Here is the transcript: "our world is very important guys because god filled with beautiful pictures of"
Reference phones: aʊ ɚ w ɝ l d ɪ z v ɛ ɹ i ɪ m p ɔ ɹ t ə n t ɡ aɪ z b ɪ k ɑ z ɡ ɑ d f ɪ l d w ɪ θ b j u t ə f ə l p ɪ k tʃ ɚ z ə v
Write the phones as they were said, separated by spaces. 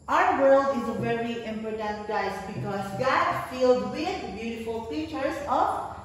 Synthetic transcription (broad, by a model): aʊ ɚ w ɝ l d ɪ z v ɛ ɹ i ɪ m p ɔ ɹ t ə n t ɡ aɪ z b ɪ k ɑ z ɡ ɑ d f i l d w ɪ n b j u t ə f ə l f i tʃ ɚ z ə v